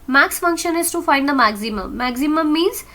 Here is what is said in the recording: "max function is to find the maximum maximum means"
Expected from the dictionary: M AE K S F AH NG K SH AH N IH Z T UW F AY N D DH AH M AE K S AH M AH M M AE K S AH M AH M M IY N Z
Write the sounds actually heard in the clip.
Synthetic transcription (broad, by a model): M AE K S F AH NG K SH AH N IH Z T UW F AY N D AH M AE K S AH M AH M M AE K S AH M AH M M IY N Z